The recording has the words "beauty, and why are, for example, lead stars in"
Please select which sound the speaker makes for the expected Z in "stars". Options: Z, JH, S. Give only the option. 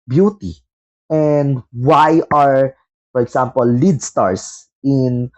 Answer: S